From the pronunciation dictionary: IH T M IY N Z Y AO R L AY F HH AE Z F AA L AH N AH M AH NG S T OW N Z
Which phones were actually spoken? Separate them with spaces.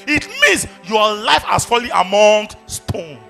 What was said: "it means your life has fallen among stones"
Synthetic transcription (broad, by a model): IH T M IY N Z Y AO L AY F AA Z F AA L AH AH M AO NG S T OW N